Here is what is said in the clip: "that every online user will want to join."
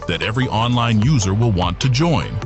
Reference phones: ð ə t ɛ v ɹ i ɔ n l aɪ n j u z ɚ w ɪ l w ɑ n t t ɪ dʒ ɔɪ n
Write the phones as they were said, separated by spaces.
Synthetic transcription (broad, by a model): ð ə t ɛ v ɹ i ɔ n l aɪ n j u z ɚ w ɪ l w ɑ n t t ɪ dʒ ɔɪ n